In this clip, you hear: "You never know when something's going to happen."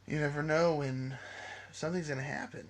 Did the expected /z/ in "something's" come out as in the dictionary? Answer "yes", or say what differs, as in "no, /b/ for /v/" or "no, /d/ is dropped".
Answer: yes